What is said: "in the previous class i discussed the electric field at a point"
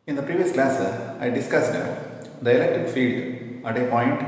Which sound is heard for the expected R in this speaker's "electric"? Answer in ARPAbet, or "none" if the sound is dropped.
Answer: none